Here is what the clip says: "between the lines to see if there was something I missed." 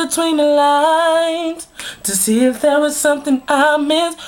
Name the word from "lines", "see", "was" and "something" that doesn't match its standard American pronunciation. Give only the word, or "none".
lines